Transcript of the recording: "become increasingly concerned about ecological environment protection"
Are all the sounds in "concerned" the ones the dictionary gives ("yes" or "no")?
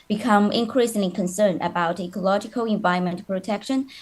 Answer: no